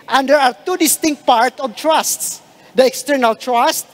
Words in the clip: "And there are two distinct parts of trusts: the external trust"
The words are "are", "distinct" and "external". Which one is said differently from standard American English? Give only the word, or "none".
none